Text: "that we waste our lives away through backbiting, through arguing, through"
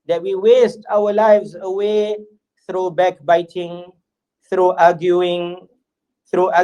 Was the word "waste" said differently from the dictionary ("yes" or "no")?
no